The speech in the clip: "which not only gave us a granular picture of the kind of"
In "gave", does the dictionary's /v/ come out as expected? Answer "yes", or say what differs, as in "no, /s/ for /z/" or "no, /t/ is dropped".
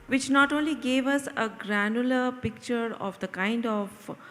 yes